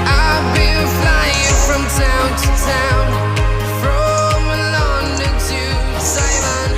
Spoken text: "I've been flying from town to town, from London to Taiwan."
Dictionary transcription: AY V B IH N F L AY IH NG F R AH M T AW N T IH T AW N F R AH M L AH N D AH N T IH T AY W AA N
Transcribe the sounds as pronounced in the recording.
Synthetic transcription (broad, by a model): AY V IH L F L AY IH NG F R AH M T AW N T IH T AW N F R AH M L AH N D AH T IH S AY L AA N